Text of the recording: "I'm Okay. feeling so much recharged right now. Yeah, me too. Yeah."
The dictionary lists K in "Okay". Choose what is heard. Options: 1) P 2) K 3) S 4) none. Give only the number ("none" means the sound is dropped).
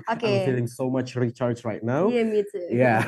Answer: 4